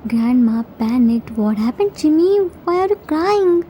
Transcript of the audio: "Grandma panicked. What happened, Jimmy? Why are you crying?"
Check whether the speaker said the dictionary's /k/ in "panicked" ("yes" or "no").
no